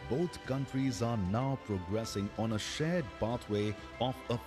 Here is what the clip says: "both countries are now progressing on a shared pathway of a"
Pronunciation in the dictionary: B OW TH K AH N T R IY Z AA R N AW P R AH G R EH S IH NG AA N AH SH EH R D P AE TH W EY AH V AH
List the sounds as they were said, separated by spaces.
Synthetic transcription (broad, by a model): B OW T K AH N T R IY Z AA R N AW P R AH G R EH S IH NG AA N AH SH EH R D P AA T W EY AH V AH